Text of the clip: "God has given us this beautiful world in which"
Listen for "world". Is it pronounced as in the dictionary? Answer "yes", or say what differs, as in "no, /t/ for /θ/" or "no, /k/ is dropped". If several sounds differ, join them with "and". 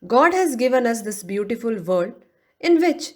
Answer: no, /l/ is dropped